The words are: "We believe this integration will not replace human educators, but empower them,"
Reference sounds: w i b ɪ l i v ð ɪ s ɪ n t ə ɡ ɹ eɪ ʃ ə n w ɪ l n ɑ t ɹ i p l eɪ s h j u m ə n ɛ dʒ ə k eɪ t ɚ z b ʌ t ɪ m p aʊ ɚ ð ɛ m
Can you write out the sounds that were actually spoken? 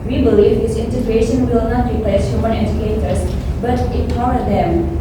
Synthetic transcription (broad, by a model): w i b ɪ l i v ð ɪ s ɪ n t ə ɡ ɹ eɪ ʃ ə n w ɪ l n ɑ t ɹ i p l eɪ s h j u m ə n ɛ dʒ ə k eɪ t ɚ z b ʌ t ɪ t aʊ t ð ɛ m